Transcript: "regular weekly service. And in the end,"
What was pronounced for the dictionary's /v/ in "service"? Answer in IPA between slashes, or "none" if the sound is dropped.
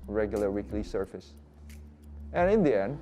/f/